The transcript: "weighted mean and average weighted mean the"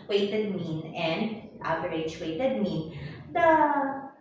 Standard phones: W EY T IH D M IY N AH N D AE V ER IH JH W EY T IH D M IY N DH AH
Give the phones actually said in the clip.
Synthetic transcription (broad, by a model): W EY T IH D M IY N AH N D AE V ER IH CH W EY T IH D M IY N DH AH